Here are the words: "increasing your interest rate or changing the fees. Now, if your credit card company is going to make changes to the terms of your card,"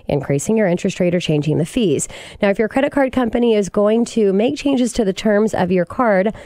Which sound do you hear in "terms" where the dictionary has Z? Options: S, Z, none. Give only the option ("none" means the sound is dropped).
Z